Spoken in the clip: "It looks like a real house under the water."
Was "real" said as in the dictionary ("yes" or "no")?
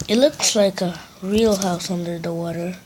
yes